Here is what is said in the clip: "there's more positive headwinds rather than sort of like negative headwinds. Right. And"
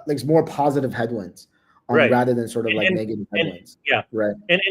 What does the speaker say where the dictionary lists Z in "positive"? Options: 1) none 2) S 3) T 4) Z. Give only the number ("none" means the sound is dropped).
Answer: 4